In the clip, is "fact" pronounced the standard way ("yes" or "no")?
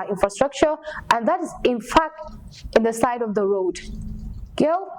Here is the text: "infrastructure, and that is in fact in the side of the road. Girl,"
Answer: yes